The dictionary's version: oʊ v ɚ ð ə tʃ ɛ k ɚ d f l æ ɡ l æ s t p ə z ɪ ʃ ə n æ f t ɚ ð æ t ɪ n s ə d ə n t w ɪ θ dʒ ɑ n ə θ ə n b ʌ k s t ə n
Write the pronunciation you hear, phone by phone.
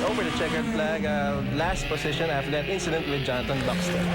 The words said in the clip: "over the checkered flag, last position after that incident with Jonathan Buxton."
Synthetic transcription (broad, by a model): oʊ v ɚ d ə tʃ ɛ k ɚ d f l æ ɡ l æ s t p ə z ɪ ʃ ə n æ f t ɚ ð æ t ɪ n s ə d ə n t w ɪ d dʒ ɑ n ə t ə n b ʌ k s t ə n